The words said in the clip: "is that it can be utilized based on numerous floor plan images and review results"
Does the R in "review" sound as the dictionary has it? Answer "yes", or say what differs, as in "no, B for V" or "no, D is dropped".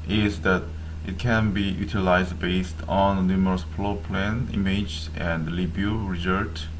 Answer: no, L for R